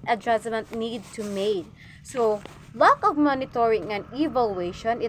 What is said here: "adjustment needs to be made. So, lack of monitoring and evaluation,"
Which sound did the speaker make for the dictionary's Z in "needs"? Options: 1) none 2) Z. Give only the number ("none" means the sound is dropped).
1